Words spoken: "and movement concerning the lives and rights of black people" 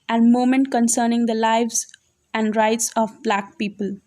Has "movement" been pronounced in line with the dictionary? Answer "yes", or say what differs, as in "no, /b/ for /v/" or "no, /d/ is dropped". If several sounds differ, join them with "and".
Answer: no, /v/ is dropped